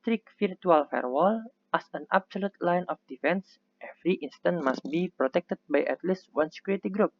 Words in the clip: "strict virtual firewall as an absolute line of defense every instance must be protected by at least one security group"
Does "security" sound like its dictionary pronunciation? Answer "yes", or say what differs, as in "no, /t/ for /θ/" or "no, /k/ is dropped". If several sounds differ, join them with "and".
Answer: no, /ɹ/ is dropped